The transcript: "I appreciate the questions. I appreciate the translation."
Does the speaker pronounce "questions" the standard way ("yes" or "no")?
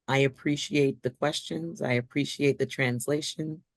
yes